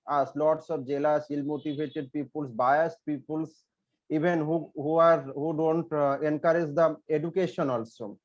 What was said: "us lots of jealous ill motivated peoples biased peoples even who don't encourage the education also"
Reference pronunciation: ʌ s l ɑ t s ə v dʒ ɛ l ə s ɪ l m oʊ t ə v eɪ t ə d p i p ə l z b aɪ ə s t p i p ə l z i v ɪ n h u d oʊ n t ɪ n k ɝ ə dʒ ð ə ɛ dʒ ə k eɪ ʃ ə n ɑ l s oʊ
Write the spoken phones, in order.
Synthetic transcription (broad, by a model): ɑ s l ɑ t s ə b dʒ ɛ l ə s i l m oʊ t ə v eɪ t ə d p i p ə l s b aɪ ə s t p i p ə l s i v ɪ n h u d oʊ n t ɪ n k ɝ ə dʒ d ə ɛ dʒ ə k eɪ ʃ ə n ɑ l s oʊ